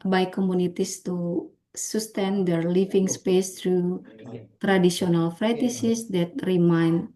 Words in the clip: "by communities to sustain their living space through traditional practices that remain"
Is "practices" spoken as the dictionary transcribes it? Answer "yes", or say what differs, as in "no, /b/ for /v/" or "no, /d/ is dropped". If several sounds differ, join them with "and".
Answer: no, /f/ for /p/ and /k/ is dropped